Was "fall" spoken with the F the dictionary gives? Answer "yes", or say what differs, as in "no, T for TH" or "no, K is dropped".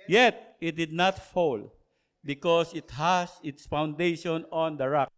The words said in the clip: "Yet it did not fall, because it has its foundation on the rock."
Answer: yes